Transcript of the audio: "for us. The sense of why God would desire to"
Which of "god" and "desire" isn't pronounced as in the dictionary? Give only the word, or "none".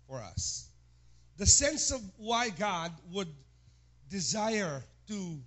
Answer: none